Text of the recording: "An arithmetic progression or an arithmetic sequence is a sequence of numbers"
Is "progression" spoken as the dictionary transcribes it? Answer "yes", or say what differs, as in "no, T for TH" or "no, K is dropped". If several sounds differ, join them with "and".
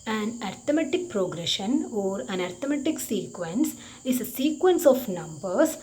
yes